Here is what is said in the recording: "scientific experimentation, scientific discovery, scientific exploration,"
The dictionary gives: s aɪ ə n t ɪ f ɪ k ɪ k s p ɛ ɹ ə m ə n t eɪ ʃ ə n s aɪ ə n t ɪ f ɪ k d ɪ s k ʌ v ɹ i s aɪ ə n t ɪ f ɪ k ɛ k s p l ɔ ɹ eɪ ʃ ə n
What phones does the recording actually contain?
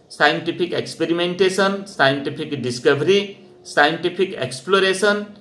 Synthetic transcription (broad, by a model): s aɪ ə n t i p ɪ k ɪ k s p ɛ ɹ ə m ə n t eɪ s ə n s aɪ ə n t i p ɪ k d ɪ s k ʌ b ɹ i s aɪ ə n t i p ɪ k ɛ k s p l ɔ ɹ eɪ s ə n